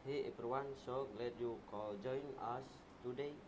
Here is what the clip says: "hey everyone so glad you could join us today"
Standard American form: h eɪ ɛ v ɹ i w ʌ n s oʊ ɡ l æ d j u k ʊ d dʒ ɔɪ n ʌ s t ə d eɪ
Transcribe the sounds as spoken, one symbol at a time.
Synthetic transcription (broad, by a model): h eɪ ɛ p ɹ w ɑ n s oʊ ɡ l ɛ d j u k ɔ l dʒ ɔɪ n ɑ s t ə d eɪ